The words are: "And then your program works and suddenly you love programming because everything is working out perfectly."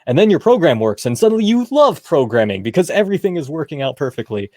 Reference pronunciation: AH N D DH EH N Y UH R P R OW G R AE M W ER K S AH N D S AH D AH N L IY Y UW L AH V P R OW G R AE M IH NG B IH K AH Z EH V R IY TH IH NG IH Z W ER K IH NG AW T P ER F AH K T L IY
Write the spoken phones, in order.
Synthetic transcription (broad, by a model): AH N DH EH N Y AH R P R OW G R AE M W ER K S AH N S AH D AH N L IY Y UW L AH V P R OW G R AE M IH NG B IH K AH Z EH V R IY TH IH NG IH Z W ER K IH NG AW T P ER F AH K T L IY